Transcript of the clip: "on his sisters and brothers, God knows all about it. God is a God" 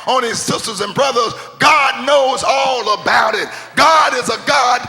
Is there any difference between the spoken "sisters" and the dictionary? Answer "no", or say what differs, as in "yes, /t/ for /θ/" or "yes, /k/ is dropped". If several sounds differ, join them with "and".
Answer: no